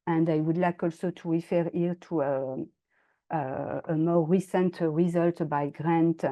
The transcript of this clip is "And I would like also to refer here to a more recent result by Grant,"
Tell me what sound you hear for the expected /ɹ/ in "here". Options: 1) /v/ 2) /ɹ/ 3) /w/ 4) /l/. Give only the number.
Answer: 4